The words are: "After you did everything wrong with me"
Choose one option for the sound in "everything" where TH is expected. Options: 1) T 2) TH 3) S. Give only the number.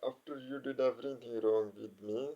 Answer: 1